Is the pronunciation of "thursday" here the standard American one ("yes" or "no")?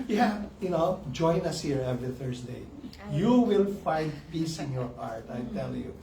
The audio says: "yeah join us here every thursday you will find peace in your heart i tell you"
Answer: no